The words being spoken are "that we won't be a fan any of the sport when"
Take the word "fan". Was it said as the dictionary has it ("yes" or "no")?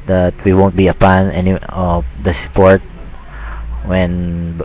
no